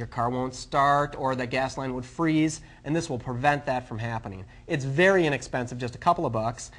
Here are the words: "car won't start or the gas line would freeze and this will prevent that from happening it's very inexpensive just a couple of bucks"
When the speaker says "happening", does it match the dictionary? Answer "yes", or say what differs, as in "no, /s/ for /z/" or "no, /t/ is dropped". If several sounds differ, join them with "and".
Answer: yes